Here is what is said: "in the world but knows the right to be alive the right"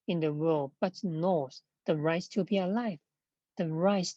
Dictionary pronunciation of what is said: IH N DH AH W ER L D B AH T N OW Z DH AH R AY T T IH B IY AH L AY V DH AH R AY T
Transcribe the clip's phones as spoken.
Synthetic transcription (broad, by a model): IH N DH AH W ER L D B AH T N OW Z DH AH R AY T T IH B IY AH L AY V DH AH R AY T